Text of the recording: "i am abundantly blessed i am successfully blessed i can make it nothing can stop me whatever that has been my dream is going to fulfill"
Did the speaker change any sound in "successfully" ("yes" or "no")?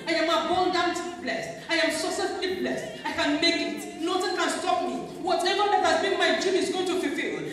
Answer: yes